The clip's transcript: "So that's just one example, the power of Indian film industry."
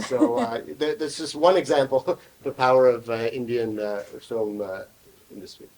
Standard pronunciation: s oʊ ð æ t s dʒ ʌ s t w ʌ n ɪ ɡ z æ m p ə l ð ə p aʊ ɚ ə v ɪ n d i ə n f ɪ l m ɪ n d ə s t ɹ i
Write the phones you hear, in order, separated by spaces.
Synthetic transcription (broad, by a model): s oʊ ð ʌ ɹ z dʒ ʌ s t w ʌ n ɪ ɡ z æ m p l ð ə p aʊ ɚ ə v ɪ n d i ə n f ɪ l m ɪ n d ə s t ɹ i